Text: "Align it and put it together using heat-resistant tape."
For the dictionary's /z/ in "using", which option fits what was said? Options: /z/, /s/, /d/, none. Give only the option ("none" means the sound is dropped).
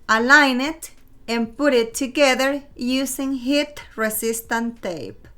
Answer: /s/